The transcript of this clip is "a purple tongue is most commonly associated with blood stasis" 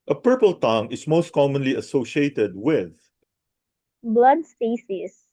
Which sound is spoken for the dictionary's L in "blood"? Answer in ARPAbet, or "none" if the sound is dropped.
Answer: L